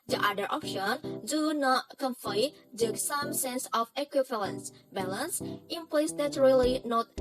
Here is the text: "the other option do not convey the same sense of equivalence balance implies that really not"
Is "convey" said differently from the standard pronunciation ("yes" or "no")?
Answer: yes